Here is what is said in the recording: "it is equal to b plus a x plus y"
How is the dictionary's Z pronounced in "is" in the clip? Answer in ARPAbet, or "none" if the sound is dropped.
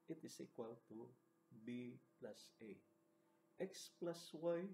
S